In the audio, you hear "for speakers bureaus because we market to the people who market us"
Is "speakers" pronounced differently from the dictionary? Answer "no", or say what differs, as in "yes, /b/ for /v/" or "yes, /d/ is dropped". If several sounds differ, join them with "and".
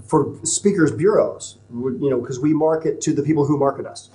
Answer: no